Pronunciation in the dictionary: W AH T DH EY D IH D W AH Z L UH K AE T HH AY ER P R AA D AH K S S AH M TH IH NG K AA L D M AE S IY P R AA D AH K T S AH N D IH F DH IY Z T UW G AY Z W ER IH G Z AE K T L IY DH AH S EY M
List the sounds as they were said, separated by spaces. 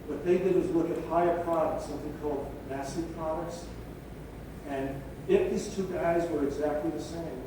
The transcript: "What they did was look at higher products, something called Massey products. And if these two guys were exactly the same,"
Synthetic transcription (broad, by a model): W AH T DH EY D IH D W AH Z L UH K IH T HH AY ER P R AA D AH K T S AH M TH IH NG K AA L D M AE S IY P R AA D AH K T S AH N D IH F DH IY Z T UW G AY Z W ER IH G Z AE K T L IY DH AH S EY M